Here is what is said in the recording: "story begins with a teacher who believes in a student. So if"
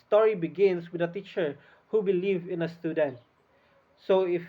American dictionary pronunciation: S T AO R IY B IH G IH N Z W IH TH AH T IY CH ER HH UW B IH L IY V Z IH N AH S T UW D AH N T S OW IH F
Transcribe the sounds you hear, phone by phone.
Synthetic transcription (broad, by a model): S T AO R IY B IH G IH N S W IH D AH T IY CH ER HH UW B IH L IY V IH N AH S T UW D AH N T S OW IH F